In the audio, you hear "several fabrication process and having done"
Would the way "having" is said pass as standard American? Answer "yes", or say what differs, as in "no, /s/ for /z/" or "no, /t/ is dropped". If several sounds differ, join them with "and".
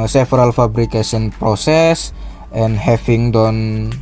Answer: no, /f/ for /v/